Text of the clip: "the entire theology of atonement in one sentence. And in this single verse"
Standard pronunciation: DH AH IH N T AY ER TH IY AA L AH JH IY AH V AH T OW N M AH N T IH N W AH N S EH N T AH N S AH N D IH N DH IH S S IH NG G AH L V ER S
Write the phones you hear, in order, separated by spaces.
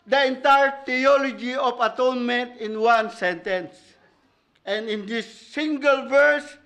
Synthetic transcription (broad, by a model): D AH IH N T AY ER T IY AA L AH JH IY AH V AH T OW N M AH N T IH N W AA N S EH N T AH N S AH N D IH N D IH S S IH NG G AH L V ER S